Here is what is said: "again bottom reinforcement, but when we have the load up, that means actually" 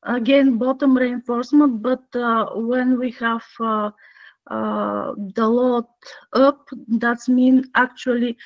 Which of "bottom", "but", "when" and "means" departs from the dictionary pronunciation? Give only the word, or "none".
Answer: means